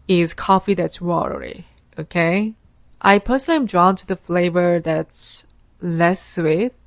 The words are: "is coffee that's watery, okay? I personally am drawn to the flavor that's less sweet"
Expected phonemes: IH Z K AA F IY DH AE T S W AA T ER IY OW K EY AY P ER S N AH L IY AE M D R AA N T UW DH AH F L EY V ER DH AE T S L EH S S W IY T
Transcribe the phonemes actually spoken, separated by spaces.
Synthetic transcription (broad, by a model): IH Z K AA F IY DH AE T S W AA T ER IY OW K EY AY P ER S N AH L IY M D R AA N T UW DH AH F L EY V ER DH AE T S L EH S S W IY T